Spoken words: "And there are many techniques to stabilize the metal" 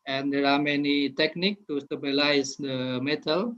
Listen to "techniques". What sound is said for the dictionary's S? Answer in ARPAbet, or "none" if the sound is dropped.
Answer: none